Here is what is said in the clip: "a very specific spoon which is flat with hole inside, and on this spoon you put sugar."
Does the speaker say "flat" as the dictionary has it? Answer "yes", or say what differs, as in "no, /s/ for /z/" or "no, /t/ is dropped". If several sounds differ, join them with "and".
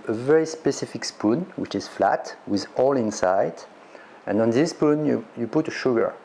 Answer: yes